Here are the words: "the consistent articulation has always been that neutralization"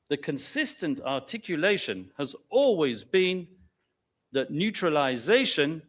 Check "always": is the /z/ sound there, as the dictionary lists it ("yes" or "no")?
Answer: yes